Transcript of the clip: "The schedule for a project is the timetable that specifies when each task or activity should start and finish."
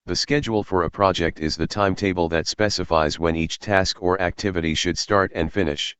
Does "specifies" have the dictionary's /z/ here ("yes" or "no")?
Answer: yes